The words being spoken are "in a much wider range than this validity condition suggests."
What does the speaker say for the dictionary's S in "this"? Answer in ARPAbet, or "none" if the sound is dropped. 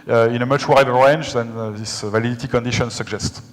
S